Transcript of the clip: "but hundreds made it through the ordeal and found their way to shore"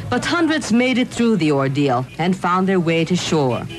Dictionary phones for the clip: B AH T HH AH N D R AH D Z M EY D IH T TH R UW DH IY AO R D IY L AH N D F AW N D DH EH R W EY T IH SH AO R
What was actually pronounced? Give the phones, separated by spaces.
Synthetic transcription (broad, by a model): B AH T HH AH N D R AH D Z M EY D IH T TH R UW DH IY AO R D IY L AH N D F AW N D DH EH R W EY T IH SH AO R